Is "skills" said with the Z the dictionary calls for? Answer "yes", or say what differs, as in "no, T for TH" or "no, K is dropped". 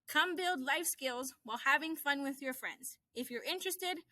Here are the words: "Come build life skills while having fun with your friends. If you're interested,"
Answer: yes